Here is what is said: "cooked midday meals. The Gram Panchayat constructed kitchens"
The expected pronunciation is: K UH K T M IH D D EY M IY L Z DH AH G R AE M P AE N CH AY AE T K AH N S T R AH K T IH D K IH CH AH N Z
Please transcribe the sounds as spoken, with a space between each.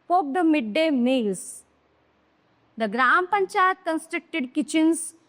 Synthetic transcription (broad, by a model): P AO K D M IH D D EY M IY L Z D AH G R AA M P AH N CH AY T K AH N S T R AH K T IH D K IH CH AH N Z